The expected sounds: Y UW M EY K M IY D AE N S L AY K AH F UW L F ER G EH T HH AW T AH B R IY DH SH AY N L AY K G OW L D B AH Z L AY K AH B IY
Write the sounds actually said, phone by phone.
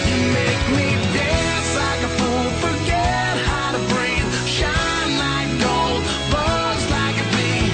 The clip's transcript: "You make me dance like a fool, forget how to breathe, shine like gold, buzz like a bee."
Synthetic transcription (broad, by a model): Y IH M EY K M IY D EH S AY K AH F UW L F ER G EH T HH AW T AH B R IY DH SH AY N L AY K G OW L D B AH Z L AY K AH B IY